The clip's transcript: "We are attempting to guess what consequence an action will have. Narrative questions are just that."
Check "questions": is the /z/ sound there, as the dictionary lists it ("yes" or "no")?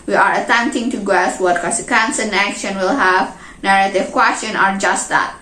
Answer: no